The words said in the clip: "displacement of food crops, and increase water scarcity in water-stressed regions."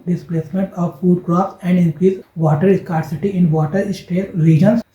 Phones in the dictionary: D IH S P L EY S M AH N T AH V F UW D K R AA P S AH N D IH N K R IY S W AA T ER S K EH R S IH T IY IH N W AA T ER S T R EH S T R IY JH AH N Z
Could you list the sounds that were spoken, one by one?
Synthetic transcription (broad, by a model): D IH S P L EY S M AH N T AH V F UW D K R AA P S AH N D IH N K R IY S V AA T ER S K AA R S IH T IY IH N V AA T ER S T EH T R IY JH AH N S